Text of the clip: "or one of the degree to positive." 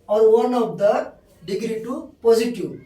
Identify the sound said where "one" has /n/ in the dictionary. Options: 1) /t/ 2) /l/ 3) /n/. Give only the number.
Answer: 3